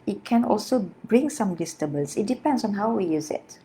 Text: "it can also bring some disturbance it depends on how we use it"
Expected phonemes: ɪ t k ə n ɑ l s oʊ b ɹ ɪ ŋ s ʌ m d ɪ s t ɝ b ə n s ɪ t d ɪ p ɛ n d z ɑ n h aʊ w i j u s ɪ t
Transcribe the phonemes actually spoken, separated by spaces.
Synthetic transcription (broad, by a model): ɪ t k ə n ɑ l s oʊ b ɹ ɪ ŋ s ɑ m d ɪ s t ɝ b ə l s ɪ t d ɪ p ɛ n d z ɑ n h aʊ w i j u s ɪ t